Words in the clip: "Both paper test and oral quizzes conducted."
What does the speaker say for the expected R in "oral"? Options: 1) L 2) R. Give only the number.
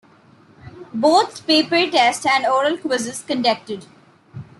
2